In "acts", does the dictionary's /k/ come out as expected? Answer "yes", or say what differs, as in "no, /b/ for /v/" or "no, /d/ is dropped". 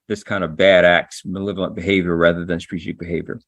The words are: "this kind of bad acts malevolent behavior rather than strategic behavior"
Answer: yes